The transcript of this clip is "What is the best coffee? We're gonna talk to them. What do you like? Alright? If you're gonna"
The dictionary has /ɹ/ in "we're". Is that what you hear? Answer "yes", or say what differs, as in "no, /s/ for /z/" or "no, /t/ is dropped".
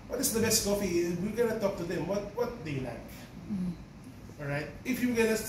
no, /l/ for /ɹ/